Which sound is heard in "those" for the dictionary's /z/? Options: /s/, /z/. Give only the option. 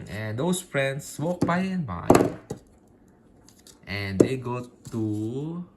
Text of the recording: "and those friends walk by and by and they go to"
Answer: /s/